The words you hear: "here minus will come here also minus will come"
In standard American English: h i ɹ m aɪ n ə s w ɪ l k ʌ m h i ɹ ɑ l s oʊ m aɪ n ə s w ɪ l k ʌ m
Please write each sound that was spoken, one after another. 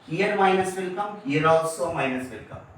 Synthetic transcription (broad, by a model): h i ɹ m aɪ n ə s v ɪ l k ʌ m h i ɹ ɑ s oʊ m aɪ n ə s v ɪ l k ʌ m